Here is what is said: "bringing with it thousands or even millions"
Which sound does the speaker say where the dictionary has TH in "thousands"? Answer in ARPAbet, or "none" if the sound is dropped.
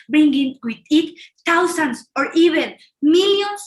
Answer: T